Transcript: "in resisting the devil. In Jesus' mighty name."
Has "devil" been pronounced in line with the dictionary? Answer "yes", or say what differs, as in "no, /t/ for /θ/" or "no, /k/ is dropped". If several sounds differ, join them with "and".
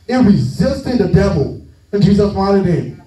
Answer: yes